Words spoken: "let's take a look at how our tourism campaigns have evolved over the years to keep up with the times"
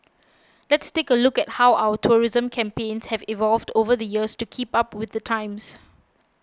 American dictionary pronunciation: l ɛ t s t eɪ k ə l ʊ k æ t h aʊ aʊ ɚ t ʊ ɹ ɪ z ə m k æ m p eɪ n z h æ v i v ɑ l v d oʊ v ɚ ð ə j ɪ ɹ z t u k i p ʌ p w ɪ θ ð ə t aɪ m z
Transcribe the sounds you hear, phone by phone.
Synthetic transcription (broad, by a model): l ɛ t s t eɪ k ə l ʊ k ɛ t h aʊ aʊ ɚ t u ɹ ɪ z ə m k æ m p eɪ n s h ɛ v i v ɑ l v d oʊ v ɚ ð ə j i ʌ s t u k i p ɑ p w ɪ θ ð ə t aɪ m s